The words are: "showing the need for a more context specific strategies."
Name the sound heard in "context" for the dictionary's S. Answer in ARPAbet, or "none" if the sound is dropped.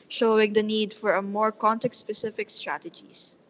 none